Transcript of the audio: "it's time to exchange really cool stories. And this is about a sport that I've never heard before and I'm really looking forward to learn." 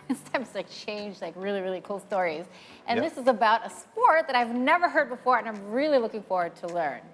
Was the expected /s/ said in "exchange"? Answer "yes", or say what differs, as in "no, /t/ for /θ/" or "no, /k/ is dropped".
no, /s/ is dropped